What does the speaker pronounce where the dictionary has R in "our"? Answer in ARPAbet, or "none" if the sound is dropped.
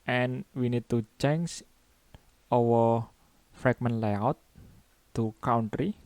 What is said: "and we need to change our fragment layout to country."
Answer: W